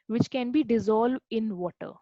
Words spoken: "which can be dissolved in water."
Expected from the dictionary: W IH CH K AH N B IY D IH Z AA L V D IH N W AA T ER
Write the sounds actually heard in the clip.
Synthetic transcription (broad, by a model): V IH CH K AH N B IY D IH Z AA L V D IH N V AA T ER